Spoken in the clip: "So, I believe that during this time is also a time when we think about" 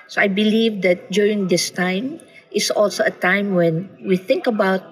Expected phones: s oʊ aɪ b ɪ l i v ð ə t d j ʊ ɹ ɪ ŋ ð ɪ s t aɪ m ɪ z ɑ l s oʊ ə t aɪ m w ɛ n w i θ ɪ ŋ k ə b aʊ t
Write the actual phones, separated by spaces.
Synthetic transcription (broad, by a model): s oʊ aɪ b ɪ l i v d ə t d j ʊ ɹ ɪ ŋ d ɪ s t aɪ m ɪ s ɑ l s oʊ ə t aɪ m w ɛ n w i θ ɪ ŋ k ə b aʊ t